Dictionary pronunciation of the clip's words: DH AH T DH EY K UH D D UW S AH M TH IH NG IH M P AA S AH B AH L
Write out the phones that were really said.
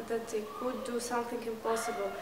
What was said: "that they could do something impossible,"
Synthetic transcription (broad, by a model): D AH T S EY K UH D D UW S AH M T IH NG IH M P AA S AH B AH L